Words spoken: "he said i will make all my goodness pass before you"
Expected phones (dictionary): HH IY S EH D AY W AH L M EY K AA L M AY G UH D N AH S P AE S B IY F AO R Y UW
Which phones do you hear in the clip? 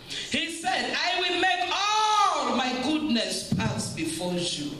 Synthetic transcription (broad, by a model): HH IY S EH D AY W AH L M EY K AA L M AY G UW D N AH S P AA S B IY F AO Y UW